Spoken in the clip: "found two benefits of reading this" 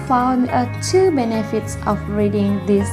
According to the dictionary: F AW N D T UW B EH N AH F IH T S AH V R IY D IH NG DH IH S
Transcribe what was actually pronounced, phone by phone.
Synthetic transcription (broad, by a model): F AW N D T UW B EH N AH F IH T S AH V R IY D IH NG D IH S